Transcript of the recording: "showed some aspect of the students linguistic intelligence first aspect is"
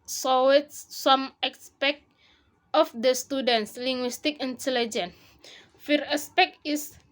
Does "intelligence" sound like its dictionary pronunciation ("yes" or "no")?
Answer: no